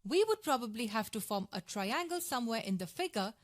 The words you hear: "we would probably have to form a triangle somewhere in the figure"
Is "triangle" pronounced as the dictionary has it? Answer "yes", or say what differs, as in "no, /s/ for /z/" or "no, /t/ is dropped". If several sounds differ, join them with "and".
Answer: yes